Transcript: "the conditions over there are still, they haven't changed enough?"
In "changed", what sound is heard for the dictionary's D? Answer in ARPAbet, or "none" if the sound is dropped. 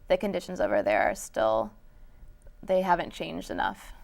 D